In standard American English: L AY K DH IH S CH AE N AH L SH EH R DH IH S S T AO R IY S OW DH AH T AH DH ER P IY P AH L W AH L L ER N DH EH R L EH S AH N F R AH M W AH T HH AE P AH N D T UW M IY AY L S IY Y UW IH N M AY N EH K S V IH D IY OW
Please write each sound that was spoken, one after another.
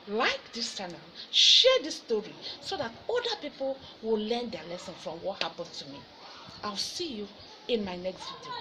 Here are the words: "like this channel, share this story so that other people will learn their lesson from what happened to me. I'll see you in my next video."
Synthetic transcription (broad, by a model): L AY K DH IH S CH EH N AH SH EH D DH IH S S T AO R IY S OW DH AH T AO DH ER P IY P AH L W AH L L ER N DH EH L EH S AH N F R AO M W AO T HH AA P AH N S T UW M IY AY W S IY Y UW IH N M AY N EH K S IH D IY